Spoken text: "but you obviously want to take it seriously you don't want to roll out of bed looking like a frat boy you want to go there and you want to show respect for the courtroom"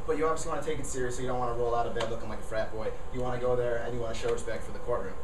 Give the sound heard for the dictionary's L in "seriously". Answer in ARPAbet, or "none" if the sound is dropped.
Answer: none